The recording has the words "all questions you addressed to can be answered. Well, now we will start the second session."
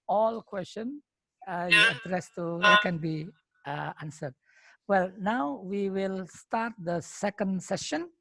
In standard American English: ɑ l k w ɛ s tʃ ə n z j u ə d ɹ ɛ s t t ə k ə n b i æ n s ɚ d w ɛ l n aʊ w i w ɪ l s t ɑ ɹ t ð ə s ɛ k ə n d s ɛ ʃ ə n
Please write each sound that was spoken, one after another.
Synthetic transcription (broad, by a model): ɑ l k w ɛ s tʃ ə n j u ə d ɹ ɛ s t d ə k ə n b i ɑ n s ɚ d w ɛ l n aʊ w i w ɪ l s t ɑ ɹ t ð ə s ɛ k ə n d s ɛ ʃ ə n